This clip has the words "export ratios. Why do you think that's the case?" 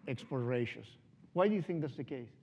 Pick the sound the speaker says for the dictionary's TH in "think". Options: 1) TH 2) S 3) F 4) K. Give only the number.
1